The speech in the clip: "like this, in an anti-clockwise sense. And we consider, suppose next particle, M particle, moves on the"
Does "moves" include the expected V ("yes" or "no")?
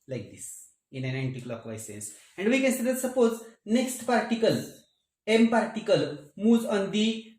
no